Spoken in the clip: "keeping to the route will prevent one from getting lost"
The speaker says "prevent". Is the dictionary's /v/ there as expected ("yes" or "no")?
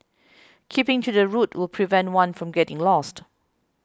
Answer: yes